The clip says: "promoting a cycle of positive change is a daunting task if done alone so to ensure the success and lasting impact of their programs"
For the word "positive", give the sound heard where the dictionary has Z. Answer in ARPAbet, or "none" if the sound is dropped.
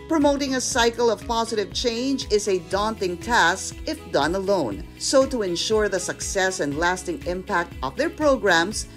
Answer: Z